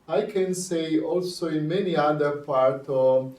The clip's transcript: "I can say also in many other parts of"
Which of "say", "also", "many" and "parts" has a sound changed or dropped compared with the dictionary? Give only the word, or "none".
parts